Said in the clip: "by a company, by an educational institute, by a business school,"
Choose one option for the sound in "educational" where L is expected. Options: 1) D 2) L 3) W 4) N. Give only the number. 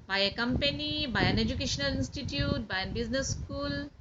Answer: 2